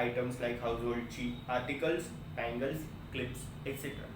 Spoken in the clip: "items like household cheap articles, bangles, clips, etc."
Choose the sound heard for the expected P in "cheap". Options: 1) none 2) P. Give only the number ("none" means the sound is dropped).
1